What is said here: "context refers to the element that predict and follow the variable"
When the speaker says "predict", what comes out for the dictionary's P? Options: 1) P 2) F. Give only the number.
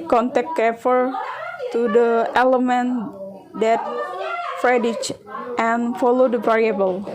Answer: 2